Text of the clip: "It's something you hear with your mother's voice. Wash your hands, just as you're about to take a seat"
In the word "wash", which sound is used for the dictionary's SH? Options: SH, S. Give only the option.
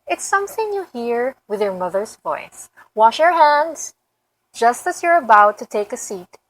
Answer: SH